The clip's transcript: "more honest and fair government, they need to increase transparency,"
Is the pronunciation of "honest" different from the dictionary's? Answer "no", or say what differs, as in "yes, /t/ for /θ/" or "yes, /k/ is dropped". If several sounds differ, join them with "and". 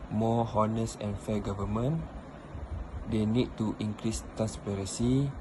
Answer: yes, /t/ is dropped